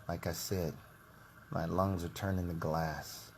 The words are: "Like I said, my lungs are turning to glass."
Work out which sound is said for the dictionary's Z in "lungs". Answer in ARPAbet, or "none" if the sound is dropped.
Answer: Z